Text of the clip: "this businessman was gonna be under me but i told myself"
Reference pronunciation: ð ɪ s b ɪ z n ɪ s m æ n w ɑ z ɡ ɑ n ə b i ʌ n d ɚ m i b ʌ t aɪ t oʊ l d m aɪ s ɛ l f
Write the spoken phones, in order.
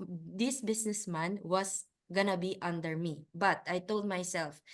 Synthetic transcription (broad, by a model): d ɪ s b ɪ s n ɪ s m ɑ n w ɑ s ɡ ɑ n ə b i ʌ n d ɚ m i b ʌ t aɪ t oʊ l d m aɪ s ɛ l f